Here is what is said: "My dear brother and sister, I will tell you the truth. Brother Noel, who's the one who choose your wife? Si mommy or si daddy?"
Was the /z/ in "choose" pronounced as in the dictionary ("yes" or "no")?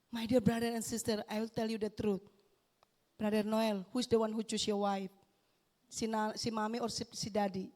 no